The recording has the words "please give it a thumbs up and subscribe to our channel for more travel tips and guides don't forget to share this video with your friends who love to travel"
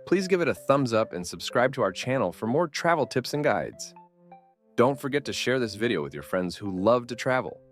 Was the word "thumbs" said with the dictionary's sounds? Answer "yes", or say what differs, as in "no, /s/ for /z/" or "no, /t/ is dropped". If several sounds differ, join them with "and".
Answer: yes